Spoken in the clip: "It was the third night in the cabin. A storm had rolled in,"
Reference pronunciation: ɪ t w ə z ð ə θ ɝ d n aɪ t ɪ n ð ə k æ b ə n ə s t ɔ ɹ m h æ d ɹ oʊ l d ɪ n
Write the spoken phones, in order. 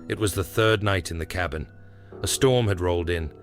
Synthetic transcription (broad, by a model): ɪ t w ə z ð ə θ ɝ d n aɪ t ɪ n ð ə k æ b ə n ə s t ɔ ɹ m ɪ d ɹ oʊ l d ɪ n